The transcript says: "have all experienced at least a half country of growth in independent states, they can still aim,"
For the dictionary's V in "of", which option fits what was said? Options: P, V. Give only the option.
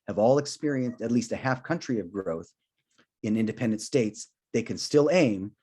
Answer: V